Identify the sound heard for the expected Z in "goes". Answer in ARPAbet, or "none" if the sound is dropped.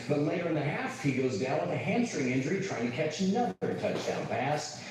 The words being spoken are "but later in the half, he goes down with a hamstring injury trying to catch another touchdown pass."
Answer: Z